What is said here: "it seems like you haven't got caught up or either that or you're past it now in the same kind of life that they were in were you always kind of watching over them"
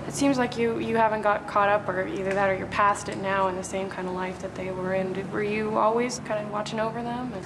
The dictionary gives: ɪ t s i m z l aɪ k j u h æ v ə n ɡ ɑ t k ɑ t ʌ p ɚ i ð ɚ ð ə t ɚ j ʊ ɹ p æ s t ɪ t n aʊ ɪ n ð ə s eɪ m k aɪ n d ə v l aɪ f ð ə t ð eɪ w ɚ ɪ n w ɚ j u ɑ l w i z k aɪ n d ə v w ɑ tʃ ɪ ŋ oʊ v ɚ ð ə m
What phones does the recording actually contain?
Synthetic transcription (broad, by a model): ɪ t s i m z l aɪ k j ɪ h æ v ə n ɡ ɑ t k ɑ t ʌ p ɚ i ð ɚ ð ə t ɚ j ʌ ɹ p æ s t ɪ t n aʊ ɪ n ð ə s eɪ m k aɪ n d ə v l aɪ f ð ə t ð eɪ w ɚ ɪ n w ɚ j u ɑ l w i z k aɪ n d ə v w ɑ tʃ ɪ ŋ oʊ v ɚ ð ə m